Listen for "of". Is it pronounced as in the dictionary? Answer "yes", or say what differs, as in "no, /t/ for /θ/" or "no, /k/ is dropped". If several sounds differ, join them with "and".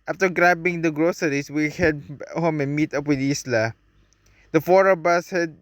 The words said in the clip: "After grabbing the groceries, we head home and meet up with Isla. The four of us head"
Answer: no, /b/ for /v/